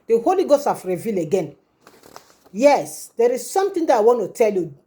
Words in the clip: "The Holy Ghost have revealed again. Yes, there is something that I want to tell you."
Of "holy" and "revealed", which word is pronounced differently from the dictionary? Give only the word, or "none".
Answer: revealed